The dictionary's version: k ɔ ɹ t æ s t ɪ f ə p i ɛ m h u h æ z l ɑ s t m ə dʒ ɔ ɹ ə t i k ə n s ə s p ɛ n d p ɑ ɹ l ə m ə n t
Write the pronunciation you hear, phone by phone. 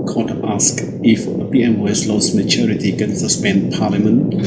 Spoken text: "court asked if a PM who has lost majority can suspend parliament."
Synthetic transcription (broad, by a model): k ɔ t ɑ s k ɪ f ə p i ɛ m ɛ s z l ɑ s m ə tʃ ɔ ɹ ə t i k ə n s ə s p ɛ n d p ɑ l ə m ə n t